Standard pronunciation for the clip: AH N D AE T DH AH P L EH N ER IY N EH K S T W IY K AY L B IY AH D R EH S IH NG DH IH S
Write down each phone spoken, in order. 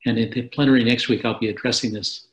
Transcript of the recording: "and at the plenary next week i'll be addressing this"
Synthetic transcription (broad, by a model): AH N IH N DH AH P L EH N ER IY N EH K S T W IY K AY L B IY AH D R EH S IH NG DH IH S